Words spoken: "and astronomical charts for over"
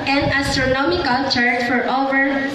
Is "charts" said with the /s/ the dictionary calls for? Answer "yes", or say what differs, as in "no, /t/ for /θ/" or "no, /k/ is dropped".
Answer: no, /s/ is dropped